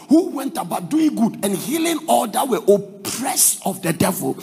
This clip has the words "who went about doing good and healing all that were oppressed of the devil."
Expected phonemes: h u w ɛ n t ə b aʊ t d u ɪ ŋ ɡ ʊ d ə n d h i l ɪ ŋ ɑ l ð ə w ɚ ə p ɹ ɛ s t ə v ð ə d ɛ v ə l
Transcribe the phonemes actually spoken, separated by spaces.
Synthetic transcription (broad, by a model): h u w ɛ n t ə b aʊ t d u ɪ ŋ ɡ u d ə n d h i l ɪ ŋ ɑ l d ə w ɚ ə p ɹ ɛ s ə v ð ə d ɛ v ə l